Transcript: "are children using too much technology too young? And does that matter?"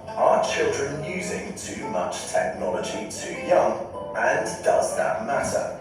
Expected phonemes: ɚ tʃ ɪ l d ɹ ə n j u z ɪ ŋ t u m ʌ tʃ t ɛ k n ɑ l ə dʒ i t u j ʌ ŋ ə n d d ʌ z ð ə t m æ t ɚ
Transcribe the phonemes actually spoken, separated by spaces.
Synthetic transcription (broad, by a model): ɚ tʃ ɪ l d ɹ ə n j u z ɪ ŋ t u m ʌ tʃ t ɛ k n ɑ l ə dʒ i t u j ʌ ŋ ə n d d ʌ z ð ə t m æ t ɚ